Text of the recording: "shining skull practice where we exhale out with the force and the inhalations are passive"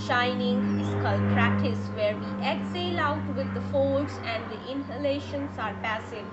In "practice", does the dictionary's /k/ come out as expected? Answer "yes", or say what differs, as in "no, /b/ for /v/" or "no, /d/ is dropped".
no, /k/ is dropped